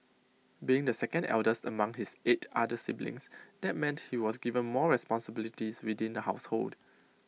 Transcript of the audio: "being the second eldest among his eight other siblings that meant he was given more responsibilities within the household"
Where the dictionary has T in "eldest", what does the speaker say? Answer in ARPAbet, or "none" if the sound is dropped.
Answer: T